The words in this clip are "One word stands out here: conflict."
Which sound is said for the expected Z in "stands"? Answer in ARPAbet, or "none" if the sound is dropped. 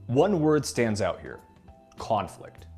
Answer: Z